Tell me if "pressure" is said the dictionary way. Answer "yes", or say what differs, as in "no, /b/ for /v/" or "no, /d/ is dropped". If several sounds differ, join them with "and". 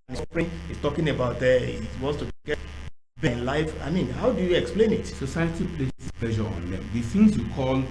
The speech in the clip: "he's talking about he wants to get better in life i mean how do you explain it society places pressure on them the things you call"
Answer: no, /l/ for /ɹ/